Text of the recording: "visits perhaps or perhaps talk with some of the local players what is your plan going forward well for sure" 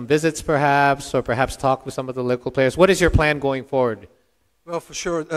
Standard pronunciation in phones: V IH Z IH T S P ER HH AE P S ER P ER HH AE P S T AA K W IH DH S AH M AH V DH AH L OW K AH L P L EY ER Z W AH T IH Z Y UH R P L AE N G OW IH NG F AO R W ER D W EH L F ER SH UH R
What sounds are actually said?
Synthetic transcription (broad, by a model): V IH Z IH T S P ER HH AE P S ER P ER HH AE P S T AA K W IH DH S AH M AH V DH AH L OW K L P L EY ER Z W AH T IH Z Y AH R P L AE N G OW IH NG F AO R W ER D W EH L F ER SH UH R